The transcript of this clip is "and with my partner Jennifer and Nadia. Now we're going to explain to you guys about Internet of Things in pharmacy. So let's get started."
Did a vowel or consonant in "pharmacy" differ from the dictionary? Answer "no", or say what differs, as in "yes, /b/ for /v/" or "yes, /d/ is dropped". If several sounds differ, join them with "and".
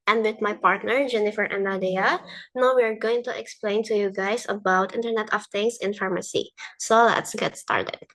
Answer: no